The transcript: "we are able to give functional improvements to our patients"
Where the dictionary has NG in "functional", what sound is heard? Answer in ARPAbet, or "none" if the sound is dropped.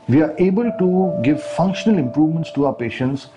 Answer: NG